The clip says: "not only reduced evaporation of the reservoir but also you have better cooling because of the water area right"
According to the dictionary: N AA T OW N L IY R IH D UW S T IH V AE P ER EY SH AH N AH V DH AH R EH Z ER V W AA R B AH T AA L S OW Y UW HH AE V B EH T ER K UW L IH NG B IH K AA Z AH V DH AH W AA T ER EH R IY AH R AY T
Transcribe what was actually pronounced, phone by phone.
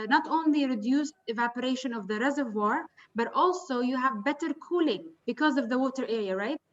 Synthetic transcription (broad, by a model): N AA T OW N L IY R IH D UW S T IH V AE P ER EY SH AH N AH V DH AH R EH Z ER V W AA R B AH T AA L S OW Y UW HH AE V B EH T ER K UW L IH NG B IH K AA Z AH V DH AH W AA T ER EH R IY AH R AY T